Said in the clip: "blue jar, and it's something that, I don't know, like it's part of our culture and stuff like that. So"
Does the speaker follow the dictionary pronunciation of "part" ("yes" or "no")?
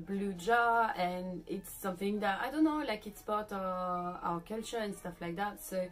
no